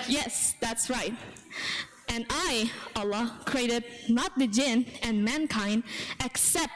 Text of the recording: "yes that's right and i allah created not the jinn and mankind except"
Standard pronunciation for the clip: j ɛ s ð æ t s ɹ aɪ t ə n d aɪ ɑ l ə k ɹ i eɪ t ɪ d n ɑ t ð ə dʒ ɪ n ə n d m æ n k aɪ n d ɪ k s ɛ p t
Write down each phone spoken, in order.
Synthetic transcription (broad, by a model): j ɛ s ð æ t s ɹ aɪ t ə n aɪ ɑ l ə k ɹ i eɪ t ɪ d n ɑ t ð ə dʒ ɪ n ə n m æ n k aɪ n d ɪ k s ɛ p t